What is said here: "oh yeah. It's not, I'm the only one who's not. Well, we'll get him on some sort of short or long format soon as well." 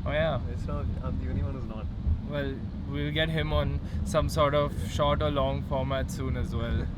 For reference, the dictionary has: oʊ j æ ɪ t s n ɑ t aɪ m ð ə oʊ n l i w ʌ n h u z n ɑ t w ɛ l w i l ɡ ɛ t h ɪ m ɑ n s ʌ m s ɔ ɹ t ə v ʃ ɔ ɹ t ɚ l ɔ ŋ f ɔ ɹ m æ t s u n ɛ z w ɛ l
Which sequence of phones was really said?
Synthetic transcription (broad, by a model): oʊ j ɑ ɪ t s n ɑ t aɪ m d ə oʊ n i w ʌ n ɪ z n ɑ t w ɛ l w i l ɡ ɛ t h ɪ m ɑ n s ʌ m s ɔ ɹ t ə v ʃ ɔ ɹ t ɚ l ɔ ŋ f ɔ ɹ m æ t s u n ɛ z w ɛ l